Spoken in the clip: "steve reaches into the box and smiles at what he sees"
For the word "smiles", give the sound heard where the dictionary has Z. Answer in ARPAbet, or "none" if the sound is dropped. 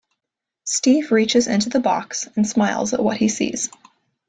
Z